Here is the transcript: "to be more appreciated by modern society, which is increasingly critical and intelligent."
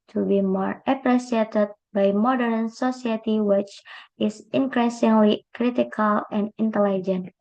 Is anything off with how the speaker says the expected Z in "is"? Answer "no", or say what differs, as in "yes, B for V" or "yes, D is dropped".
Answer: yes, S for Z